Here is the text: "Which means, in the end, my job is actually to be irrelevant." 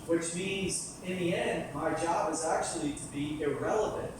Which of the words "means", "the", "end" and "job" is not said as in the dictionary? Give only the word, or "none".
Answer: none